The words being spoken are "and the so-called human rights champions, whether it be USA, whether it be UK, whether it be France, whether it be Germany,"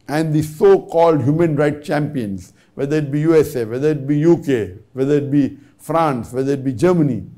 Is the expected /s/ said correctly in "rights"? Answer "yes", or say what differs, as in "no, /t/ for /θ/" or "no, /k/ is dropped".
no, /s/ is dropped